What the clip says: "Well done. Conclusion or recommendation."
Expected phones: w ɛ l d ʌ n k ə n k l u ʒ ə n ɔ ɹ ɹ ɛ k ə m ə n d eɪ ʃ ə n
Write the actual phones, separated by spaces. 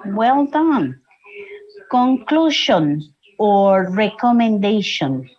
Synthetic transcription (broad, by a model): w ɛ l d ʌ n k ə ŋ k l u ʃ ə n ɔ ɹ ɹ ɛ k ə m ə n d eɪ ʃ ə n